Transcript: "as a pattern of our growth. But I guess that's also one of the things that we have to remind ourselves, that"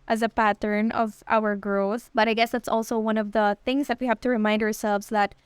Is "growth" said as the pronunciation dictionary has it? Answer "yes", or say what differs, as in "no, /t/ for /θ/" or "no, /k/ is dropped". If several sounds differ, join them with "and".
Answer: no, /ɹ/ is dropped